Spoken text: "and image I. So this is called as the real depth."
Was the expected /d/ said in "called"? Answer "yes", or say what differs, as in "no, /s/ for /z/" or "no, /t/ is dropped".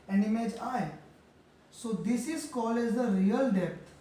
no, /d/ is dropped